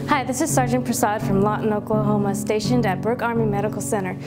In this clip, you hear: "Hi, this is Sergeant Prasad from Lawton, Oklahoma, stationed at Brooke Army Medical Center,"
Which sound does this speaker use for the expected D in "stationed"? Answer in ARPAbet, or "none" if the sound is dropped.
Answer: D